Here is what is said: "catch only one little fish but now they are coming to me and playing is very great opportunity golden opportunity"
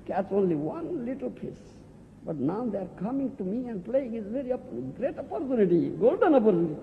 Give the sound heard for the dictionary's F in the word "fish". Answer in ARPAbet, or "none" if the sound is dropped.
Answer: P